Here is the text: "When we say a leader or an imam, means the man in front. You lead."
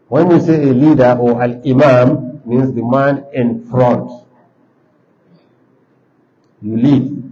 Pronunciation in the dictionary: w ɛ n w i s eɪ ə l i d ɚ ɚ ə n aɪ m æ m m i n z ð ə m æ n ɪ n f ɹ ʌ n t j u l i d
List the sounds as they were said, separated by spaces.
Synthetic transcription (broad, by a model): w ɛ n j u s eɪ ə l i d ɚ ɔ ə l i m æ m m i n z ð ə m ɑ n ɪ n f ɹ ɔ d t j u l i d